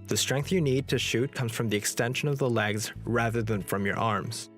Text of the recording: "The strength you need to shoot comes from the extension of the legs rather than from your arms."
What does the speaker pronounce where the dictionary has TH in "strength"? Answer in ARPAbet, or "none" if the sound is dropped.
TH